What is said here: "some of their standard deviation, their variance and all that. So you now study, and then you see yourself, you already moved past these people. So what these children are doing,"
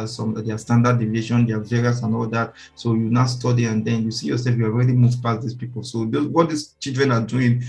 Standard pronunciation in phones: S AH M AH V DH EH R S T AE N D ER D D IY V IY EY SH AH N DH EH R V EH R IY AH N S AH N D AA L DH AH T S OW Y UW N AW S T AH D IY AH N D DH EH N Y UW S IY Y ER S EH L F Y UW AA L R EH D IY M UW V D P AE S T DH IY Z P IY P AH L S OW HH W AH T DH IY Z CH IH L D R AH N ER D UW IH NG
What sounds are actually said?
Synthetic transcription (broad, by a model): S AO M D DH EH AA S T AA N D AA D D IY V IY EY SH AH N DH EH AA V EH R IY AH S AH N AA L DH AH T S OW Y UW N AW S T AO D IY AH N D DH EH N Y UW S IY Y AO S EH L F Y UW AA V R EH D IY M UW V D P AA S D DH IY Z P IY P AH L S OW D W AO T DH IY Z CH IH L D R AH N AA D UW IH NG